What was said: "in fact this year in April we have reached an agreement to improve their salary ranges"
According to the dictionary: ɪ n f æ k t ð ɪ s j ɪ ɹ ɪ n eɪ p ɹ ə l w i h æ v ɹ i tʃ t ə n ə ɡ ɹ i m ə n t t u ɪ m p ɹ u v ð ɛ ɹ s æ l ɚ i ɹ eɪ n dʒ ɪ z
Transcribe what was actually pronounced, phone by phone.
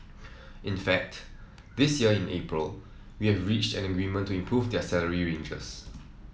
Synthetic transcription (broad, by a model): ɪ n f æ k t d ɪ s j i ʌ ɪ n eɪ p ɹ ə l w i h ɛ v ɹ i tʃ t ə n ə ɡ ɹ i m ə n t t u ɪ m p ɹ u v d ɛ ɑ s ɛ l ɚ i ɹ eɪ n dʒ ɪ s